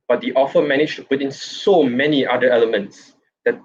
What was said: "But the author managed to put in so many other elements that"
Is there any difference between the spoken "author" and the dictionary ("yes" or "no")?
yes